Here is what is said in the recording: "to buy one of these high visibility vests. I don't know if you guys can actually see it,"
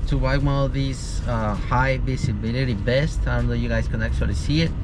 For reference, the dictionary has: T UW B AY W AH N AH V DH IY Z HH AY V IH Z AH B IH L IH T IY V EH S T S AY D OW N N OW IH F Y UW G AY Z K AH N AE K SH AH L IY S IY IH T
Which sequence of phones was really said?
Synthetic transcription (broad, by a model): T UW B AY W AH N AH V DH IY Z HH AY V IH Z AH B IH L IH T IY B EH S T AY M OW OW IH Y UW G AY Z K AH N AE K S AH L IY S IY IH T